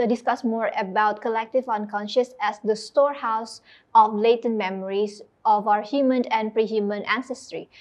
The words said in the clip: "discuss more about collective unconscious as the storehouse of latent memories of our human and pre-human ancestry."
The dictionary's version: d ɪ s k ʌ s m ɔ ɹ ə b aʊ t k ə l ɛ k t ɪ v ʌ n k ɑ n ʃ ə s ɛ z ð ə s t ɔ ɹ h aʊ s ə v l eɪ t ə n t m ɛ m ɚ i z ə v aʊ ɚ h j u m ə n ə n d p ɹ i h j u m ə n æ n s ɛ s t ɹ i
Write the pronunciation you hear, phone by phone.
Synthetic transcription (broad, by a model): d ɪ s k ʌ s m ɔ ɹ ə b aʊ t k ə l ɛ k t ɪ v ʌ n k ɑ n ʃ ə s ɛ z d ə s t ɔ ɹ h aʊ s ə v l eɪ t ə n m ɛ m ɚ i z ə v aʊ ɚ h j u m ə n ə n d p ɹ i h j u m ə n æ n s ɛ s t ɹ i